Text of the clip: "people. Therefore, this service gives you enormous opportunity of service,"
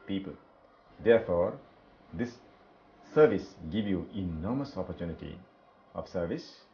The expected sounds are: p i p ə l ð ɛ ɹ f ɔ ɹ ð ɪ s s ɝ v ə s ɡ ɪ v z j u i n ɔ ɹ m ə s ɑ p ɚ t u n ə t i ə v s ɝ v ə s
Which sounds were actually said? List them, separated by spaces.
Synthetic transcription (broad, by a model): p i p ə l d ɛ ɹ f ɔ ɹ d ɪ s s ɝ v ə s ɡ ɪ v j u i n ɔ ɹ m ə s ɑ p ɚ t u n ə t i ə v s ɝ v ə s